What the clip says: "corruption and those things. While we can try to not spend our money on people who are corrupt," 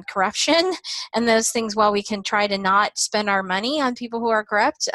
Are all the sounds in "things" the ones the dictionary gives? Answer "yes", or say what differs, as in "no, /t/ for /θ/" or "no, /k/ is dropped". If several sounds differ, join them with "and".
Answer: yes